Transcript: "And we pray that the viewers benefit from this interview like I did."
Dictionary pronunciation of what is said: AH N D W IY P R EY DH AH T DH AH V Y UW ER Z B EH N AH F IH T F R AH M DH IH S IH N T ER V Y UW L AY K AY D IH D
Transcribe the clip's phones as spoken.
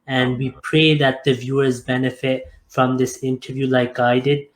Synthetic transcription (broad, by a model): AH N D W IY P R EY DH AH T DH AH V Y UW ER Z B EH N AH F IH T F R AH M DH IH S IH N T ER V Y UW L AY K AY D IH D